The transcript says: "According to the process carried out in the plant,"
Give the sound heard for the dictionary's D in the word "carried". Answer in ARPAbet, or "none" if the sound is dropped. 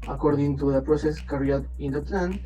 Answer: none